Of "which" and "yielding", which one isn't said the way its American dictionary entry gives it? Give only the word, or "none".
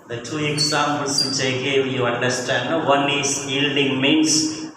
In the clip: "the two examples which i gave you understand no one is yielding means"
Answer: which